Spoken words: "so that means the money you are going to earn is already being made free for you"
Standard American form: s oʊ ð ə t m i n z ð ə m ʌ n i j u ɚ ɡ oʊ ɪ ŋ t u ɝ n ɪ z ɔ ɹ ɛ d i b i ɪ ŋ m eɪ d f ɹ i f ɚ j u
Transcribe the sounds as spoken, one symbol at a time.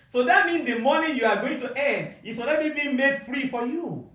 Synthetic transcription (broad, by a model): s oʊ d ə t m i n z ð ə m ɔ n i j u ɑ ɡ oʊ ɪ ŋ t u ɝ n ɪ s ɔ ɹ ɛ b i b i m eɪ d f ɹ i f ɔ j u